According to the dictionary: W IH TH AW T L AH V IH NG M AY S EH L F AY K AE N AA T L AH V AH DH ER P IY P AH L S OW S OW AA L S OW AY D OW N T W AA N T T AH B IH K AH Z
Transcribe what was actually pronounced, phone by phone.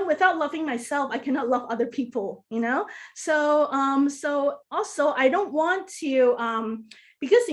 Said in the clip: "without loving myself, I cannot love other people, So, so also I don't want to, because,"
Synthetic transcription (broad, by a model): W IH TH AW T L AH V IH NG M AY S EH L F AY K AE N AA T L AH V AH DH ER P IY P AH N S OW S OW AA L S OW AY D OW N T W AA N T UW AH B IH K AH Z